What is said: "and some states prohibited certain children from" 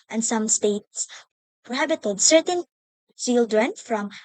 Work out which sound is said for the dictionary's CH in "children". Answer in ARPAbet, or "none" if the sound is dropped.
S